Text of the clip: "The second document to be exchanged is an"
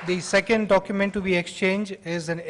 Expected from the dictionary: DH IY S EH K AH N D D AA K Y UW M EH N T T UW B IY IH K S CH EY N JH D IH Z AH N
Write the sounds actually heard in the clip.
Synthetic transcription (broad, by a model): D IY S EH K AH N D D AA K Y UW M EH N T T UW B IY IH K S CH EY N JH IH Z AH N